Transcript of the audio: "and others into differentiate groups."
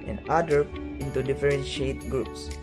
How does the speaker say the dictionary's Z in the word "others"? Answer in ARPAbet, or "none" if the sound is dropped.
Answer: none